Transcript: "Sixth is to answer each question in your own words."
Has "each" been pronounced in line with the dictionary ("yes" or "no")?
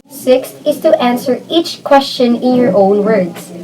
yes